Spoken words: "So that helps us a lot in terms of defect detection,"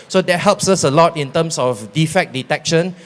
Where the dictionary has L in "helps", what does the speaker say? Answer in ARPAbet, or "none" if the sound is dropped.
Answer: L